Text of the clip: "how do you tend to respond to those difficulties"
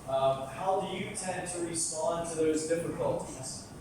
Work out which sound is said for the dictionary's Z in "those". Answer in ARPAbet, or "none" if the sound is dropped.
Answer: Z